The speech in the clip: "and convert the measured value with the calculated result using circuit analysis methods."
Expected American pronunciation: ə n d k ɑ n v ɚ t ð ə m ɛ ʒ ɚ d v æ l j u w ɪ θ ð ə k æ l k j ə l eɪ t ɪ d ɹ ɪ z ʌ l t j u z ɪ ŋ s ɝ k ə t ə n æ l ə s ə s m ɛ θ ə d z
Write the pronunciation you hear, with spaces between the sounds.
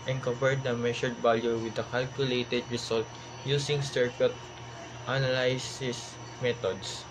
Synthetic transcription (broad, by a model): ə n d k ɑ v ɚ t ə m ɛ ʃ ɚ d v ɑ l j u w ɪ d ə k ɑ l k j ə l eɪ t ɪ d ɹ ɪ s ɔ l t j u s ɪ ŋ s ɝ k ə t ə n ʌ l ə s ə s m ɛ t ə d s